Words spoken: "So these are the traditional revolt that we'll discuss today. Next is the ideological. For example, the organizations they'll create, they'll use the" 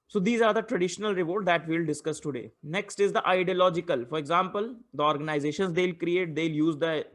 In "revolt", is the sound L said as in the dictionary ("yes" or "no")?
no